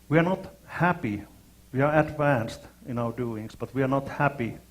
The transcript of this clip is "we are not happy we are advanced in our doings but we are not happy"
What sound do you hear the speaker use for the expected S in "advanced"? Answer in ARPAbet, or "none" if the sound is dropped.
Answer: S